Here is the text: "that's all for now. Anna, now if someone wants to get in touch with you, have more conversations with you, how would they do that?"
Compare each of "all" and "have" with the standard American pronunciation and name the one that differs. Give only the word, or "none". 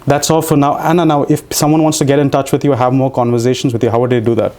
none